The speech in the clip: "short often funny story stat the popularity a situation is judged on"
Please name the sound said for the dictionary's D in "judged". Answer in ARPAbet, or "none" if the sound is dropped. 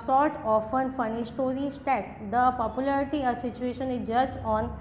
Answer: none